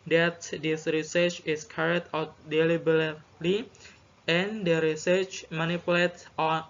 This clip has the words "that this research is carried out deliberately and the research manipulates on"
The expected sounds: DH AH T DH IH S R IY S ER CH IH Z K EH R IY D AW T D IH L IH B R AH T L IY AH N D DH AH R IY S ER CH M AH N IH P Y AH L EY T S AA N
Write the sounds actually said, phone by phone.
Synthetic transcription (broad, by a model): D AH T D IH S R IY S ER CH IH S K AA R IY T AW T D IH L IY B AH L L IY AH N D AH R IY S ER CH M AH N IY P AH L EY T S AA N